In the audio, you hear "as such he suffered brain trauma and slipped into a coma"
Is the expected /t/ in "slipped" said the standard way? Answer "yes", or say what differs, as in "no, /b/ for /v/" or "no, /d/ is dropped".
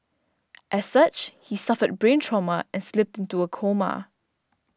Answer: yes